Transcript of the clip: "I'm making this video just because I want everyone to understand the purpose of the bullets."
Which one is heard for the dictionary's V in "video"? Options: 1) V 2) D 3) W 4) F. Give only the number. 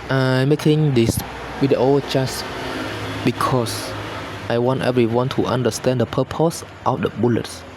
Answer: 3